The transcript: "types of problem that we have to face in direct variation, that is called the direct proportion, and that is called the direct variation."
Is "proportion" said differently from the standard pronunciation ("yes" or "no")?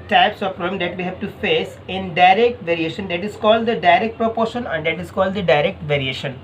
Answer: no